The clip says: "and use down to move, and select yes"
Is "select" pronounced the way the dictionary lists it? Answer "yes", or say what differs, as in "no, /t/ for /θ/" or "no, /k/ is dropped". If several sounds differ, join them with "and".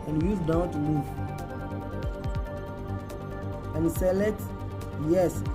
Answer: no, /k/ is dropped